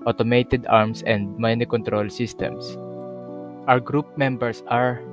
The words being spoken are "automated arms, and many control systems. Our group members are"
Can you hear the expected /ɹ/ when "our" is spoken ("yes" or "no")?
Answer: no